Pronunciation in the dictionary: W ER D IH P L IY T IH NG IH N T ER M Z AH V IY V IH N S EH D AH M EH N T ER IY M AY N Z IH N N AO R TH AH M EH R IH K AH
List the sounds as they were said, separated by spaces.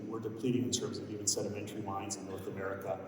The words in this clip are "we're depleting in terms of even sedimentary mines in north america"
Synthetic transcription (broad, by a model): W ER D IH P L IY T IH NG IH N T ER M Z AH V IY V IH N S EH D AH M EH N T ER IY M AY N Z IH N N AO R TH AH M EH R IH K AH